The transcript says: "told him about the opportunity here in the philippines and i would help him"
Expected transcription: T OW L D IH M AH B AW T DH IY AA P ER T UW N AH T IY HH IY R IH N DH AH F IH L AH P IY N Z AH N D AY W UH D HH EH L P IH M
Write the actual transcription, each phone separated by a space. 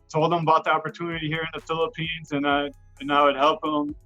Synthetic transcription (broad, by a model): T OW L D IH M AH B AW T DH IY AA P ER T UW N AH T IY HH IY R IH N DH AH F IH L AH P IY N Z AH N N AY W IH D HH EH L P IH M